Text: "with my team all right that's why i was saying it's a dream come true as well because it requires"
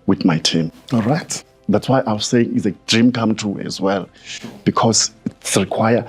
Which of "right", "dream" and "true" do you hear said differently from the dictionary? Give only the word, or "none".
true